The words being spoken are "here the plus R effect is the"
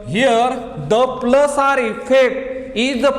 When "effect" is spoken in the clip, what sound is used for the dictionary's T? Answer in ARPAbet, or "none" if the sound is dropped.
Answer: none